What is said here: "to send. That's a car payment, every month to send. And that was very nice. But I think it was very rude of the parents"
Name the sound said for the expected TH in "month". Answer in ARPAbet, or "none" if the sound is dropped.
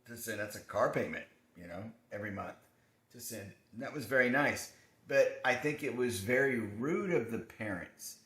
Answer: TH